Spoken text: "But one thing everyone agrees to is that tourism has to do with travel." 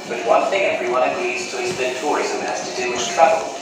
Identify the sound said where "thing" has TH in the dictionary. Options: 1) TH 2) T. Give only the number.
1